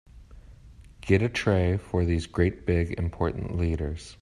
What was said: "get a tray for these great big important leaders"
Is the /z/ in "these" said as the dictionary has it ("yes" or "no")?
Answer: yes